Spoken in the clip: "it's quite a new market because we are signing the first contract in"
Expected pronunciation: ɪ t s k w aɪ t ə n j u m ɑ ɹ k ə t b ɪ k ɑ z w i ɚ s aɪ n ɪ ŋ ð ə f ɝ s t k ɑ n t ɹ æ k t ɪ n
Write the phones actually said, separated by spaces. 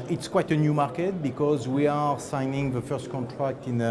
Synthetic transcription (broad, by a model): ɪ t s k w aɪ t ə n j u m ɑ ɹ k ə t b ɪ k ɑ z w i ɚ s aɪ n ɪ ŋ ð ə f ɝ s t k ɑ n t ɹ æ k t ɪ n